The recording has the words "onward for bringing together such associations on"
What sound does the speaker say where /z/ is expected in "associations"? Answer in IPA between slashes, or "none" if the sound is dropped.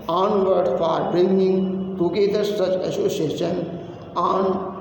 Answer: none